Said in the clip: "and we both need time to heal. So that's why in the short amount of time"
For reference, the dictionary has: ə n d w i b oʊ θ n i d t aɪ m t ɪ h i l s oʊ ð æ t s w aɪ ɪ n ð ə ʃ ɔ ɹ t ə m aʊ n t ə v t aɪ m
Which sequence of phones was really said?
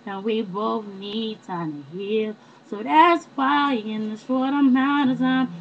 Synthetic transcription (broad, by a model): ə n w i b oʊ θ n i d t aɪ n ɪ h i l s oʊ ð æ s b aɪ ɪ n ð ə s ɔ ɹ t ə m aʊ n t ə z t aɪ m